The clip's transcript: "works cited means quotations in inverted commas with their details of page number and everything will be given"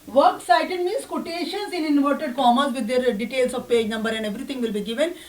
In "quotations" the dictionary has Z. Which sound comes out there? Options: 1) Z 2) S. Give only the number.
2